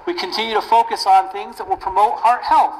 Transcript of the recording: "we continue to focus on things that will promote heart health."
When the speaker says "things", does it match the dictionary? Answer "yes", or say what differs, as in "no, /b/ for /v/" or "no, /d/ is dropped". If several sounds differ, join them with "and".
yes